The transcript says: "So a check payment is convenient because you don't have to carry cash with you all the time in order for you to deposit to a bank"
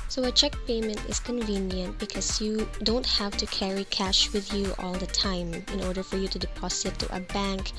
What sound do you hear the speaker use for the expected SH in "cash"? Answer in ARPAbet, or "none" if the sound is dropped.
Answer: SH